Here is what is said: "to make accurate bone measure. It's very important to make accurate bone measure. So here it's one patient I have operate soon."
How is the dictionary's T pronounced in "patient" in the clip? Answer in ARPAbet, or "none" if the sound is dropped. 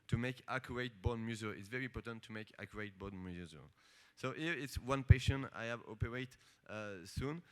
none